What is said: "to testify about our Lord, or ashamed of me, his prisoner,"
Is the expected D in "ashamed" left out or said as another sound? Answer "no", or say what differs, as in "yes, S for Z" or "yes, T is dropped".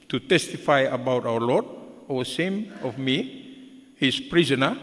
yes, D is dropped